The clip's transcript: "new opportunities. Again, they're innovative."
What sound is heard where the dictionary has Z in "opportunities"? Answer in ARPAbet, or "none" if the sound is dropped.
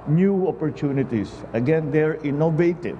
S